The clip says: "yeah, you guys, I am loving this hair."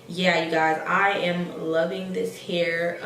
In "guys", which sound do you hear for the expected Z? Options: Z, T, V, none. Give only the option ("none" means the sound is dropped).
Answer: Z